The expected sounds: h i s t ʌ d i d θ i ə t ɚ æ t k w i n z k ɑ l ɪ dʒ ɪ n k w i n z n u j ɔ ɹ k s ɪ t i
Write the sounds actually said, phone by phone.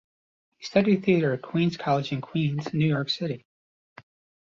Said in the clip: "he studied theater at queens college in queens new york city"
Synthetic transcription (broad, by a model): h i s t ʌ d i d θ i ə t ɚ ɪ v k w i n z k ɑ l ɪ dʒ ɪ n k w i n z n u j ɔ ɹ k s ɪ t i